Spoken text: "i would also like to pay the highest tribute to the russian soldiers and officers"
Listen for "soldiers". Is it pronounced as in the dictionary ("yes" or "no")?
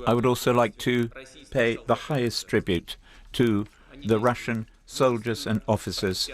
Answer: yes